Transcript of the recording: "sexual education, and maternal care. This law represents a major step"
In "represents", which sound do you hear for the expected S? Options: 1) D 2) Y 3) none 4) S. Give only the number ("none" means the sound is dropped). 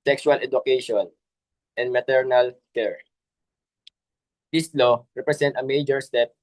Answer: 3